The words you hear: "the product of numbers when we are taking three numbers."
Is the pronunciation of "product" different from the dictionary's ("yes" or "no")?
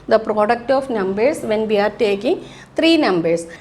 no